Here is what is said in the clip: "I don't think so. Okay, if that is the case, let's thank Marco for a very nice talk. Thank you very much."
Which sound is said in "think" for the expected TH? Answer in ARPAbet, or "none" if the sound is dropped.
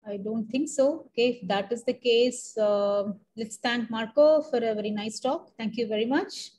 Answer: T